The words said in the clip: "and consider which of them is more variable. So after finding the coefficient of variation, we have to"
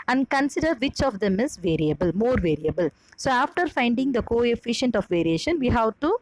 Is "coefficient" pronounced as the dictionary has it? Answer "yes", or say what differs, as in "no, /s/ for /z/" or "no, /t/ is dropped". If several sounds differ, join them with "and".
yes